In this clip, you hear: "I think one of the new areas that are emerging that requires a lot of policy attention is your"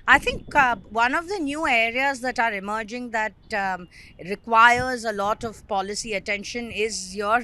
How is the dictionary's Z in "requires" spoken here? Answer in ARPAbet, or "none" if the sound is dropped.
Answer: Z